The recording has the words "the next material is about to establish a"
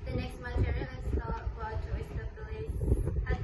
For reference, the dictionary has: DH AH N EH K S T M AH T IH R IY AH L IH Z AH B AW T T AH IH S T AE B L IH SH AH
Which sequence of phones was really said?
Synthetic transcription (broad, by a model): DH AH N EH K S T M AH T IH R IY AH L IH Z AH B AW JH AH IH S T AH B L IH S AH